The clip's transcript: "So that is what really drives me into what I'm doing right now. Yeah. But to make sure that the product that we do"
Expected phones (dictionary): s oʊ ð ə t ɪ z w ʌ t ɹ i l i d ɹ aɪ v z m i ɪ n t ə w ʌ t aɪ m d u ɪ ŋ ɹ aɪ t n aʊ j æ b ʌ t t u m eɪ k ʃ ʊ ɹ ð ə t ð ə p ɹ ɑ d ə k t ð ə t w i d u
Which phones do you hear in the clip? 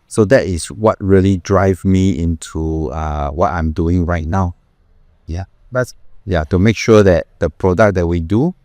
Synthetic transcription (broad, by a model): s oʊ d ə t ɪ s w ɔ t ɹ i l i d ɹ aɪ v m i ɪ n t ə w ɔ t aɪ m d u ɪ ŋ ɹ aɪ t n aʊ j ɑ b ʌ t t u m eɪ k ʃ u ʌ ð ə t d ə p ɹ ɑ d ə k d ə t w i d u